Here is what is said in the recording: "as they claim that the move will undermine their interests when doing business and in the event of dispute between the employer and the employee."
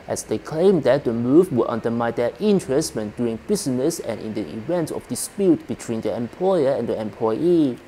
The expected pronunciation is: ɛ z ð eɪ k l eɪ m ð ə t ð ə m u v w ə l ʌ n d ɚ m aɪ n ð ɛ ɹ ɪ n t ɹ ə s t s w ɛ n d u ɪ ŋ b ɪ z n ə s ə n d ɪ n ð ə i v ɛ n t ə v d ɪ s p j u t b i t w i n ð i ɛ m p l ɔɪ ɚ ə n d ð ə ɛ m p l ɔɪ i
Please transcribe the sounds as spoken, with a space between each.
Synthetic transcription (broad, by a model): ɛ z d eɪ k l eɪ m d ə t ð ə m u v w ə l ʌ n d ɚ m aɪ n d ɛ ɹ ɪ n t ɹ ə s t w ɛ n d u ɪ ŋ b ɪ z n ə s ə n ɪ n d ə i v ɛ n t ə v d ɪ s p j u t b i t w i n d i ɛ m p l ɔɪ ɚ ə n d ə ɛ m p l ɔɪ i